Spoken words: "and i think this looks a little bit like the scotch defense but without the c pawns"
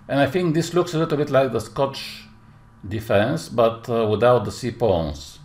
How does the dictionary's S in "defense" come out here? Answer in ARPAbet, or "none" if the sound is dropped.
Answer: S